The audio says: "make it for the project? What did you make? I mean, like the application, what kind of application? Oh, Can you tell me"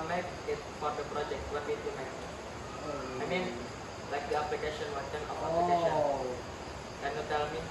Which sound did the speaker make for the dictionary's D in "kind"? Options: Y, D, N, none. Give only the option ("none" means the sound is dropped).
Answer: none